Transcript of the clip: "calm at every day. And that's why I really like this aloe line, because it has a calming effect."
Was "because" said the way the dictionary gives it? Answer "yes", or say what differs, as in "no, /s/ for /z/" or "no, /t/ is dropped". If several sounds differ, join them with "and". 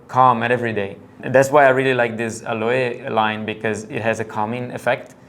yes